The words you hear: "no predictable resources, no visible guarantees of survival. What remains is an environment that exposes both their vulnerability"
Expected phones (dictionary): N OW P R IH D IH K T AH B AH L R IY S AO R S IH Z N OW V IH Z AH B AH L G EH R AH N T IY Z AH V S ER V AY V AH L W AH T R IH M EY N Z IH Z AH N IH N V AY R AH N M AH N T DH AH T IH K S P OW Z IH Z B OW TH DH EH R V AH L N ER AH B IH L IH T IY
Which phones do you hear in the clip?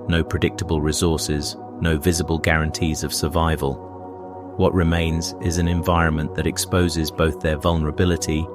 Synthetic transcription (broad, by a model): N OW P R IH D IH K T AH B AH L R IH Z AO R S IH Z N OW V IH Z AH B AH L G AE R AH N T IY Z AH V S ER V AY V AH L W AH T R IH M EY N Z IH Z AH N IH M V AY R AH N M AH N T DH AH T IH K S P OW Z IH Z B OW TH DH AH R V AH L N ER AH B IH L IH T IY